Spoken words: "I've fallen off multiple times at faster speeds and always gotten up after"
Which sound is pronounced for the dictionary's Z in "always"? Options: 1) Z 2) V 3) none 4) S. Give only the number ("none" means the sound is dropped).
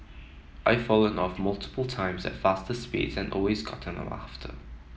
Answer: 1